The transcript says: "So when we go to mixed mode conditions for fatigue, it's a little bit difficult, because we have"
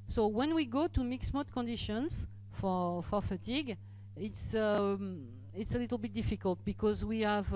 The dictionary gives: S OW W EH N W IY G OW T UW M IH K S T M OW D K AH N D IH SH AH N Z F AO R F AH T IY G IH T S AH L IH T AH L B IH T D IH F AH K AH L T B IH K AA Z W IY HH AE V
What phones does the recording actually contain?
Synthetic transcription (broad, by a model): S OW W EH N W IY G OW T UW M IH K S M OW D K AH N D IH SH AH N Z F AO R F AH T IY G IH T S AH L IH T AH L B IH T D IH F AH K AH L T B IH K AA Z W IY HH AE V